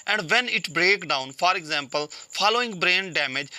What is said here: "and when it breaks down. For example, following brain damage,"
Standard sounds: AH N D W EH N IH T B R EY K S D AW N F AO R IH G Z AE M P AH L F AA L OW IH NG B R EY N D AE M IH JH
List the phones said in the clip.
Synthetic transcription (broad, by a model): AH N D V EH N IH T B R EY K D AW N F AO R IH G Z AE M P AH L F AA L OW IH NG B R EY N D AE M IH JH